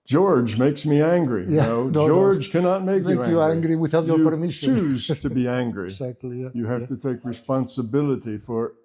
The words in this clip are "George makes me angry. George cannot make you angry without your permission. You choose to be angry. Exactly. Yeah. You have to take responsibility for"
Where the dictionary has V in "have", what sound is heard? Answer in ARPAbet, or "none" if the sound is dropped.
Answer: F